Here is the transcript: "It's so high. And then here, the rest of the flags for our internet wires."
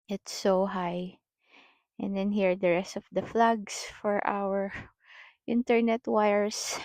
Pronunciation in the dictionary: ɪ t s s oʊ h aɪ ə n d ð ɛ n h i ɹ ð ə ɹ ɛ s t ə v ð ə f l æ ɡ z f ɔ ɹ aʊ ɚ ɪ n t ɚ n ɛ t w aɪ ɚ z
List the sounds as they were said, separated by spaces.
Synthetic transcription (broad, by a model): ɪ t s s oʊ h aɪ ə n d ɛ n h i ɹ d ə ɹ ɛ s t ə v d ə f l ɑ ɡ s f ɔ ɹ aʊ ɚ ɪ n t ɚ n ɛ t w aɪ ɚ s